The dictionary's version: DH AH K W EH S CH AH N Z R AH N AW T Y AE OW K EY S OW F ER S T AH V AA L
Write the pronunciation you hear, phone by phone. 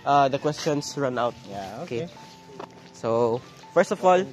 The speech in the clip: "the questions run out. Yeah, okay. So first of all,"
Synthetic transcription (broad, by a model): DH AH K W EH S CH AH N S R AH N AW T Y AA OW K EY S OW F ER S T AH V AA L